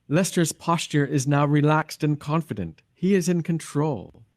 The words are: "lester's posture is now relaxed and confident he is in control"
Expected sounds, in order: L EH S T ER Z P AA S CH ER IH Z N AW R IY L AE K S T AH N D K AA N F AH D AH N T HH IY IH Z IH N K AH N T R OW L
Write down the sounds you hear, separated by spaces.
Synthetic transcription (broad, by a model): L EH S T ER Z P AA S CH ER IH Z N AW R IY L AE K S T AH N K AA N F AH D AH N T HH IY IH Z IH N K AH N T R OW L